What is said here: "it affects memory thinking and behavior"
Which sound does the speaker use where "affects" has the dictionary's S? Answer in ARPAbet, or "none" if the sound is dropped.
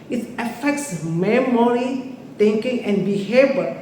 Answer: S